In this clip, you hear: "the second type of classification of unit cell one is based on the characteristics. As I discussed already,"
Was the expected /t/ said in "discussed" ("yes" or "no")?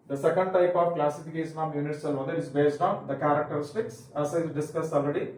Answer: no